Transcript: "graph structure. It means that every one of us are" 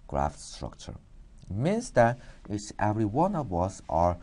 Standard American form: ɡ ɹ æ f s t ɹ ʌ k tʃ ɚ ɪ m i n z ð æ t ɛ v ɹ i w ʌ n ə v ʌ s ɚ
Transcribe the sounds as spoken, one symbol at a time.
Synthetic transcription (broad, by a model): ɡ ɹ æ f s t ɹ ʌ k tʃ ɚ ɪ m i n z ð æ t ɛ v ɹ i w ʌ n ə v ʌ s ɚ